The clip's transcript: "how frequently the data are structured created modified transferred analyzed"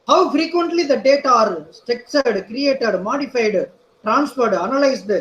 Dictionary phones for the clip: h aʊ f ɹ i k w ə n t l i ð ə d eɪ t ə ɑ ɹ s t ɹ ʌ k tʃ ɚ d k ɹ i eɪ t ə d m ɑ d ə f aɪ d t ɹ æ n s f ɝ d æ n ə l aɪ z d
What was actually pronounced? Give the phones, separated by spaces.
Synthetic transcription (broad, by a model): h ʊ f ɹ i k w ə n t l i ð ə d eɪ t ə ɑ ɹ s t ɛ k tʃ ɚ d k ɹ i eɪ t ə d m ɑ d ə f aɪ d t ɹ æ n s f ɝ d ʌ n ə l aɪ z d